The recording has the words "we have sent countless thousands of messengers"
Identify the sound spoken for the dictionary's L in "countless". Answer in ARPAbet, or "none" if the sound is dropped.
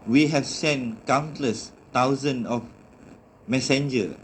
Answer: L